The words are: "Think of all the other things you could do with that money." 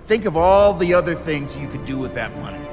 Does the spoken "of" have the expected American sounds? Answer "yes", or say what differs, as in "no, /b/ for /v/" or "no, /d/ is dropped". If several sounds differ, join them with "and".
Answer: yes